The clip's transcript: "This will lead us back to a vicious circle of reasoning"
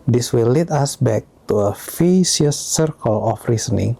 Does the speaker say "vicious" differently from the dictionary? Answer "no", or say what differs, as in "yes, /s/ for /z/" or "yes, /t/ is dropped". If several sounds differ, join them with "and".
yes, /f/ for /v/ and /s/ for /ʃ/